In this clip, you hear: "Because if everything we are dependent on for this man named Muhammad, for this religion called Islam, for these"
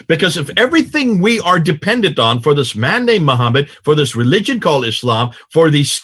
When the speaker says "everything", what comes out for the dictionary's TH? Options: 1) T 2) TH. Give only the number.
2